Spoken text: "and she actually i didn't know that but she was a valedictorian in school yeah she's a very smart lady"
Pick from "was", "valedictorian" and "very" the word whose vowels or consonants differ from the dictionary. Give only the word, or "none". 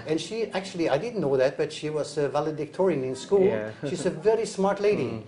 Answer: none